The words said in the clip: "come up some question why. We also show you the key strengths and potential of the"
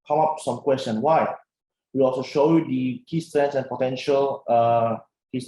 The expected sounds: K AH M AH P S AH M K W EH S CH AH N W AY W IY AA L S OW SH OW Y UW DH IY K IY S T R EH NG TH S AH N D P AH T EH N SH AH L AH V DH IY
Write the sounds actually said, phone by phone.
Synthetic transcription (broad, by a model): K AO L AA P S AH M K W EH S CH AH N W AY W IY AA L S OW SH OW Y UW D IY K IY S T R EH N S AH N P AH T EH N SH AH L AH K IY